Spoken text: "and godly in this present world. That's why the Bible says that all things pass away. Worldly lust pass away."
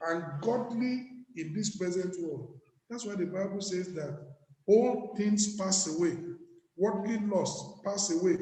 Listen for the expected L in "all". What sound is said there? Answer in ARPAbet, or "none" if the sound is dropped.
L